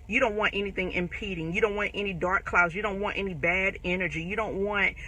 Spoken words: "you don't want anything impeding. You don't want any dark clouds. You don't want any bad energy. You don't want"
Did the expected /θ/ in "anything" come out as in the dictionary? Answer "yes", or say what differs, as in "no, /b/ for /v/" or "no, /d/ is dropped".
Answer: yes